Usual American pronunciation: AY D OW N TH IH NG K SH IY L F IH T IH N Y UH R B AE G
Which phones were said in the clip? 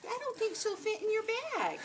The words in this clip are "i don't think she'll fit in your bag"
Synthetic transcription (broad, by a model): AY D OW N TH IH NG K S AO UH F IH T IH N Y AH R B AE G